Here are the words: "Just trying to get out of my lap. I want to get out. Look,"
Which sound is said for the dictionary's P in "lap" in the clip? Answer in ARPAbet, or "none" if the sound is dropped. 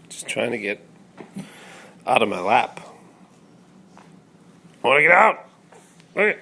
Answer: P